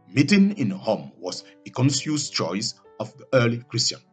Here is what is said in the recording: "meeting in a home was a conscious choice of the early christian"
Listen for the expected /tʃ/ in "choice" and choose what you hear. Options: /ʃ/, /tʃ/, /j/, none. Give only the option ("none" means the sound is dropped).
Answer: /tʃ/